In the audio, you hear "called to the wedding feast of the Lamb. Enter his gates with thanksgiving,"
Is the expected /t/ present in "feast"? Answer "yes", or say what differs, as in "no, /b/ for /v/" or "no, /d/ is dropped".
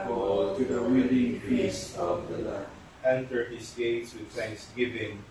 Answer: no, /t/ is dropped